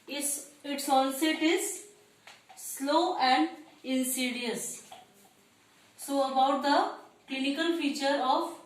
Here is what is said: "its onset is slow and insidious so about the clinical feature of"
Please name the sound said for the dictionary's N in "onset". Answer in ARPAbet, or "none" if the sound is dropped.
L